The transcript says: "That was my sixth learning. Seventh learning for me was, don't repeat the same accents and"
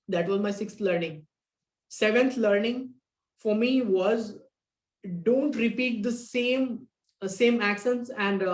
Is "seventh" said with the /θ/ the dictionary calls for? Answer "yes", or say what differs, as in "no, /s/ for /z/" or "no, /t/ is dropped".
no, /t/ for /θ/